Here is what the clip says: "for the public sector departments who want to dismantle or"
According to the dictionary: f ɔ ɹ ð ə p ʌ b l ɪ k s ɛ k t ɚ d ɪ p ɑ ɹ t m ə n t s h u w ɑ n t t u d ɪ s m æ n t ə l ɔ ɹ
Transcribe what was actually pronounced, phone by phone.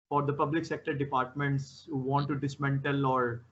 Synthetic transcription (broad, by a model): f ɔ ɹ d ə p ʌ b l ɪ k s ɛ k t ɚ d ɪ p ɑ ɹ t m ə n t s h u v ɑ n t t u d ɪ s m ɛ n t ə l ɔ ɹ